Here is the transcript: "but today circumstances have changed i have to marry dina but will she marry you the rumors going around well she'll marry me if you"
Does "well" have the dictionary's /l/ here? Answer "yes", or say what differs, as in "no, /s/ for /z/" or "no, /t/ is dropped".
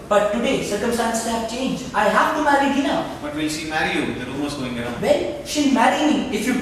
no, /n/ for /l/